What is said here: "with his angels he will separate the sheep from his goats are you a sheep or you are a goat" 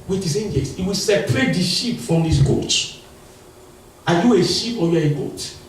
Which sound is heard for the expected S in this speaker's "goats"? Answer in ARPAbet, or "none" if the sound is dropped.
none